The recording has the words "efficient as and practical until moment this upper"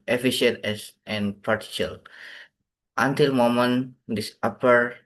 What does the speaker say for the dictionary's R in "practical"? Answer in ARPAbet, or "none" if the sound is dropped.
none